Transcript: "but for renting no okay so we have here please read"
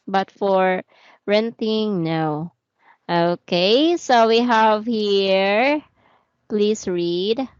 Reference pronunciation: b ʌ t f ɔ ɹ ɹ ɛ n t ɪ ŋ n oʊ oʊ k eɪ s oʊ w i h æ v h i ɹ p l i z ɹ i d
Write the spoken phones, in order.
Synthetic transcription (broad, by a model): b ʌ t f ɔ ɹ ɹ ɛ n t ɪ ŋ n oʊ oʊ k eɪ s oʊ w i h æ v h i ɹ p l i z ɹ i d